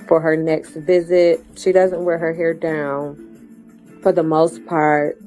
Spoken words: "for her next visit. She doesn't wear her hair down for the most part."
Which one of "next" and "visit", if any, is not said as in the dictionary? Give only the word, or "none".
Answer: none